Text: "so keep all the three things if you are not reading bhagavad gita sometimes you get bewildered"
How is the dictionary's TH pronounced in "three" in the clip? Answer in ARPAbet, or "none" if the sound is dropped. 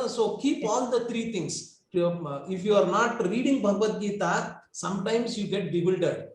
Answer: T